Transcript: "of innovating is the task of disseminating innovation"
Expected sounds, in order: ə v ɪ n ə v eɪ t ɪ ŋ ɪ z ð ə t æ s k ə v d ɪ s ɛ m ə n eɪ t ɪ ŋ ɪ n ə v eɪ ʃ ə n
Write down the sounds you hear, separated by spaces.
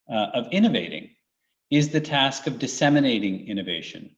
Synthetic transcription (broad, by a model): ə v ɪ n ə v eɪ t ɪ ŋ ɪ z ð ə t æ s k ə v d ɪ s ɛ m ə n eɪ t ɪ ŋ ɪ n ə v eɪ ʃ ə n